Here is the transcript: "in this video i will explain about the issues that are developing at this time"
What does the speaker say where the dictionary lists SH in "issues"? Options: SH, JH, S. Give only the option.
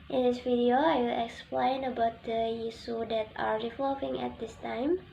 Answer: S